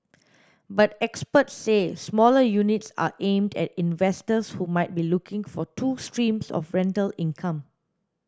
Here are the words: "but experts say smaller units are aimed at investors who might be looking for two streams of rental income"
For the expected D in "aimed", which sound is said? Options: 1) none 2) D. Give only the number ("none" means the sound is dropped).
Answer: 2